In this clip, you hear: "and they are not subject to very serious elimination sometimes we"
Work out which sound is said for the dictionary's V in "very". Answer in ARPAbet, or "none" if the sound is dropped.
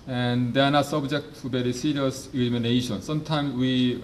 B